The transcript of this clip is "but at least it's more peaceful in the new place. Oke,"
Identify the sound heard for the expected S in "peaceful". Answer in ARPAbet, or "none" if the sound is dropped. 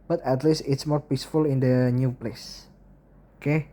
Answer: S